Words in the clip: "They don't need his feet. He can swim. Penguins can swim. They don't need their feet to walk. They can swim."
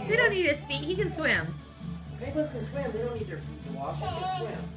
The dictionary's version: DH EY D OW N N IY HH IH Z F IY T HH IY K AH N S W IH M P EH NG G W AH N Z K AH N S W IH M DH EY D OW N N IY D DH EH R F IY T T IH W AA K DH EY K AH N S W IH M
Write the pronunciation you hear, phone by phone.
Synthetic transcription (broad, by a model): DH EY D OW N N IY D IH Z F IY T HH IY K AH N S W IH M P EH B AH Z K AH N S W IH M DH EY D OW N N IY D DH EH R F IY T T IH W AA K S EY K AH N S W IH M